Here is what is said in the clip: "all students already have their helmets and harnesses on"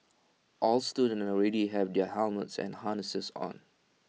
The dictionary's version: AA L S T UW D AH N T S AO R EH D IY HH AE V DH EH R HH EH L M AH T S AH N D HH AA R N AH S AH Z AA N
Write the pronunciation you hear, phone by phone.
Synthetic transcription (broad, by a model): AA L S T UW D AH N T AO R EH D IY HH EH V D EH HH EH L M AH T S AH N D HH AA N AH S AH S AA N